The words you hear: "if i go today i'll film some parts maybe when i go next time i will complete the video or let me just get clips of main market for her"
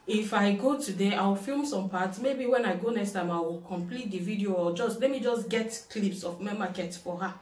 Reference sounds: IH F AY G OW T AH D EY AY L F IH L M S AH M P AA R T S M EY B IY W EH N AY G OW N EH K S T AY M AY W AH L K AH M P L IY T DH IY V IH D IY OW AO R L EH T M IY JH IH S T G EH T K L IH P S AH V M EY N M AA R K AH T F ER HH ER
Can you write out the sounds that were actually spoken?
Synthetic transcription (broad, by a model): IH F AY G OW T AH D EY AY W F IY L M S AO M P AA T S M EY B IY W EH N AY G OW N EH K S T AY M AY W AH L K AH M P L IY T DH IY V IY D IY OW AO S L EH T M IY JH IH S G EH T K L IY P S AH F M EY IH M AA K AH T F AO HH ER